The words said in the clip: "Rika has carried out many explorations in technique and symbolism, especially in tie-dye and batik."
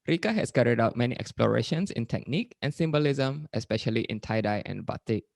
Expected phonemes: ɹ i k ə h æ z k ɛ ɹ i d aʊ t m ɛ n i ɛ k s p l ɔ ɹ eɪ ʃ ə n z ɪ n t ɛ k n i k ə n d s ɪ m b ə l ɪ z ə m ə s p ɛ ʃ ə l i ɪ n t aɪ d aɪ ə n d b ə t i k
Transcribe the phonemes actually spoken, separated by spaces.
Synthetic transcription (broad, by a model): ɹ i k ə h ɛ s k ɛ ɹ i d aʊ t m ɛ n i ɛ k s p l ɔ ɹ eɪ ʃ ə n s ɪ n t ɛ k n i k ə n s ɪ m b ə l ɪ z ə m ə s p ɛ ʃ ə l i ɪ n t aɪ d aɪ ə n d b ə t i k